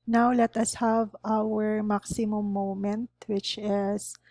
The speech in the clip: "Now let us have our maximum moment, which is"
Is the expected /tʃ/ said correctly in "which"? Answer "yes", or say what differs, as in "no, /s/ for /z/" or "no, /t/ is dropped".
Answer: yes